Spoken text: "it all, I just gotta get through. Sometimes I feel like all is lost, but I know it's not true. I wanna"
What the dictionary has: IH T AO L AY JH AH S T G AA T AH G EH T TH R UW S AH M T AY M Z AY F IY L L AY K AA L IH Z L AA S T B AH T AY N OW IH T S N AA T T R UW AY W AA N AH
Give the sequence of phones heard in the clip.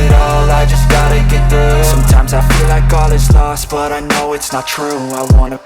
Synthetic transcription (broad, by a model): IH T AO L AY JH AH S G AA T AH G EH T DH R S S AH M T AY M Z AY F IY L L AY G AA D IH S L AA S T B AH T AY N OW IH T S N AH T T R UW AY W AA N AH